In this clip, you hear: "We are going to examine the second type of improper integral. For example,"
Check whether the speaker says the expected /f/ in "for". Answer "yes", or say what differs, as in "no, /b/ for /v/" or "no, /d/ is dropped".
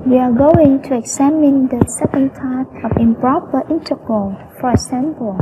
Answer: yes